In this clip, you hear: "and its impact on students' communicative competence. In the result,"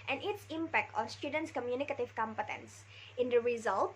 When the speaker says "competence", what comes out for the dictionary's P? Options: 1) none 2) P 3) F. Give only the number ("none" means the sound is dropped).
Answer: 2